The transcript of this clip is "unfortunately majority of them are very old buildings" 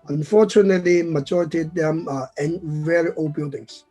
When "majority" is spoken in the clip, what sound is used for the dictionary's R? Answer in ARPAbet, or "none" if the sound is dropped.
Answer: R